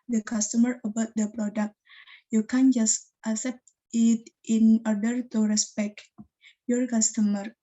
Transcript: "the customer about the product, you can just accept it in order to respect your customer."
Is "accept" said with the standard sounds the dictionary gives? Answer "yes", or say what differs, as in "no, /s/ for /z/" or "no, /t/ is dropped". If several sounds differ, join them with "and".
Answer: no, /k/ is dropped